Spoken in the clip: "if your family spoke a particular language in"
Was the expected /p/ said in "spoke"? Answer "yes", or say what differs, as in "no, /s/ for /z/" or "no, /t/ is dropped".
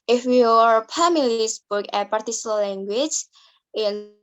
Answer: no, /b/ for /p/